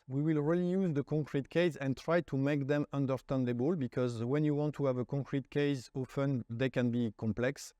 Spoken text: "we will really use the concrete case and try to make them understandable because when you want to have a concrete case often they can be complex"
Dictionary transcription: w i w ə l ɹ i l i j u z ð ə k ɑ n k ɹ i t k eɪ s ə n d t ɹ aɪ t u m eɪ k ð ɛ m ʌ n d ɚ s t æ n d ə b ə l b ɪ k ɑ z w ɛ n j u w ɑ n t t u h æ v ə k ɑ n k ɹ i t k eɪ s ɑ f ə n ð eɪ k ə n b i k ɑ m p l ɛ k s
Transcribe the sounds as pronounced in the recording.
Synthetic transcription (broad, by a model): w i w ə l ɹ i l i j u z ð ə k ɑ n k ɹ i t k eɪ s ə n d t ɹ aɪ t u m eɪ k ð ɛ m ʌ n d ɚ s t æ n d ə b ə l b ɪ k ɑ z w ɛ n j u w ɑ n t t u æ v ə k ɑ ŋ k ɹ i t k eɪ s ɑ f ə n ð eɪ k ə n b i k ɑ m p l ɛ k s